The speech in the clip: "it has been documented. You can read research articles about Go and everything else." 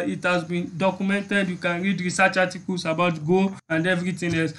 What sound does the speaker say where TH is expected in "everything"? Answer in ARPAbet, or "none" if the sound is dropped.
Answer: T